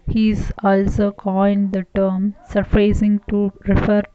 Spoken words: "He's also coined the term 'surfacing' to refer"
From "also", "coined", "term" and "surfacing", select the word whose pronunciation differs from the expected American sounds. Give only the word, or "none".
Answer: surfacing